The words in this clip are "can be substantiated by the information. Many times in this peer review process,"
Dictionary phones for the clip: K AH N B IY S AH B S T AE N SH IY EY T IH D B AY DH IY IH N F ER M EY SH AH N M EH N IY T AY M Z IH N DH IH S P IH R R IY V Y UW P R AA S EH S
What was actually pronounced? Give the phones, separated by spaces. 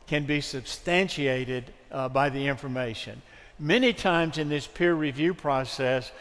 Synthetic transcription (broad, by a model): K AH N B IY S AH B S T AE N SH IY EY T IH D B AY DH IY IH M F ER M EY SH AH N M EH N IY T AY M Z IH N DH IH S P IH R R IY V Y UW P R AA S EH S